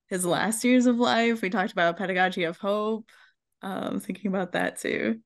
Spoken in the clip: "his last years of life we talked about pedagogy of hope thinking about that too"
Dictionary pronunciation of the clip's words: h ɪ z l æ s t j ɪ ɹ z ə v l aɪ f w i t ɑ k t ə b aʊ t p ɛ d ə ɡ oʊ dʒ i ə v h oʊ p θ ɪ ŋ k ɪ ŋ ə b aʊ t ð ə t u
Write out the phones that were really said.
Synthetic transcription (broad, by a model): h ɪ z l æ s t j ɪ ɹ z ə v l aɪ f w i t ɑ k t ə b aʊ t p ɛ d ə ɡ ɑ dʒ i ə v h oʊ p θ ɪ ŋ k ɪ ŋ ə b aʊ t ð ə t u